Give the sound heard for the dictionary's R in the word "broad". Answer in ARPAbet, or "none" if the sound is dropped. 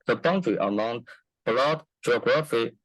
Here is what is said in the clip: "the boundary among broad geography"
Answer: L